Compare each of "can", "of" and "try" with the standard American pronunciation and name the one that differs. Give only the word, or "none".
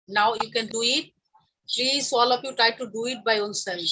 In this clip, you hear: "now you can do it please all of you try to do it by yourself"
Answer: of